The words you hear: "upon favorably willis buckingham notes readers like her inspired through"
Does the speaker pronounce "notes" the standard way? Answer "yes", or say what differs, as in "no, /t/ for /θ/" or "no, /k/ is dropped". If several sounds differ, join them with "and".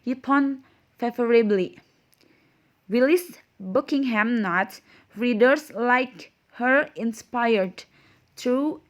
no, /s/ is dropped